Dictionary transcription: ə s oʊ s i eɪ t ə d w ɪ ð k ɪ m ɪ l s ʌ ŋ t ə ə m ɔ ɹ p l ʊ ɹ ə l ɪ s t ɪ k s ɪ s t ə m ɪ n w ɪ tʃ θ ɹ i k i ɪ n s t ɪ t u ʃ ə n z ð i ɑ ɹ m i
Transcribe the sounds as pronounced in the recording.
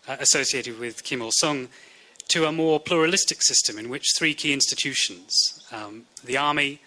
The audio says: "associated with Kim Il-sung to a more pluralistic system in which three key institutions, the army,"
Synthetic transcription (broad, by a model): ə s oʊ s i eɪ t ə d w ɪ ð k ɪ m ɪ l s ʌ ŋ t ə ə m ɔ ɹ p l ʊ ɹ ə l ɪ s t ɪ k s ɪ s t ə m ɪ n w ɪ tʃ θ ɹ i k i ɪ n s t ɪ t u ʃ ə n z ð i ɑ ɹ m i